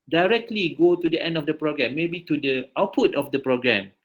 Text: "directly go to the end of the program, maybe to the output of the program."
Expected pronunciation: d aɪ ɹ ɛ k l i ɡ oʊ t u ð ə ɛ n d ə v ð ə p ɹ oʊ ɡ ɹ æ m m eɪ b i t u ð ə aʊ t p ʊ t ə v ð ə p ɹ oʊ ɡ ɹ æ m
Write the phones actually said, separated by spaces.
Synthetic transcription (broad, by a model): d aɪ ɹ ɛ k l i ɡ oʊ t u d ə ɛ n d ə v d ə p ɹ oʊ ɡ ɹ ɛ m m eɪ b i t u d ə aʊ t p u t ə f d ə p ɹ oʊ ɡ ɹ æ m